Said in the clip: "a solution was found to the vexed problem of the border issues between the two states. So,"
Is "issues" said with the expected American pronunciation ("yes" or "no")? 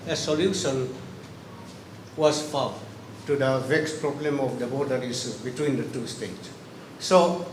no